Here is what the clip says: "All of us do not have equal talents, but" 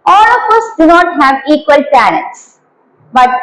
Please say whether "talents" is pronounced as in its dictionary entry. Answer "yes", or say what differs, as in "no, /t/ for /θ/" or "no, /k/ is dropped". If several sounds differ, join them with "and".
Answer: no, /n/ is dropped